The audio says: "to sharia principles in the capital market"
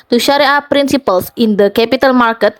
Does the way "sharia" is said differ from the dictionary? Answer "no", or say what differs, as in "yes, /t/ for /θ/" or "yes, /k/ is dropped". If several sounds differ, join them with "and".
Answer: no